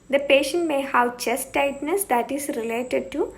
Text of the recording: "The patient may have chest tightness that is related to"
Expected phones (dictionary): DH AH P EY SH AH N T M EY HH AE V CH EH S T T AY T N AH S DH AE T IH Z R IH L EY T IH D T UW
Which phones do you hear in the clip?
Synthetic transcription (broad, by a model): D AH P EY SH AH N T M EY HH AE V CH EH S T T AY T N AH S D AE T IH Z R IH L EY T IH D T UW